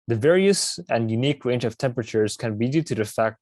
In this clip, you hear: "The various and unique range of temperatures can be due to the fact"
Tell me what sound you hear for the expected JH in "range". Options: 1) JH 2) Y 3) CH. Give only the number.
1